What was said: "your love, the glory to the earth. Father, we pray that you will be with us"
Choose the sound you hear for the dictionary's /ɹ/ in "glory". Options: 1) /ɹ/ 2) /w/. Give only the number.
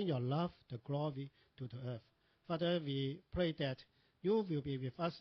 2